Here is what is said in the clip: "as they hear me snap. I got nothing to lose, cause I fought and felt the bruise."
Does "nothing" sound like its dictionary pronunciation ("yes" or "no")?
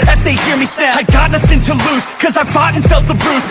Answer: yes